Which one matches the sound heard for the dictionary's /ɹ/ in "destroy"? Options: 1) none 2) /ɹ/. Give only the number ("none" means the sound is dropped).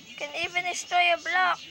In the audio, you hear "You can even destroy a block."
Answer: 1